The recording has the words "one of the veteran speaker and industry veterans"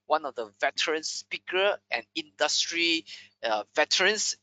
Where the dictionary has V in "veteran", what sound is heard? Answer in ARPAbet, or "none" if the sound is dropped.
V